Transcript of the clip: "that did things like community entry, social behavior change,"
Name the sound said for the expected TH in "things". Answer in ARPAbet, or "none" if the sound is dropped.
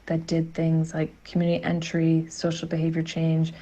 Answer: TH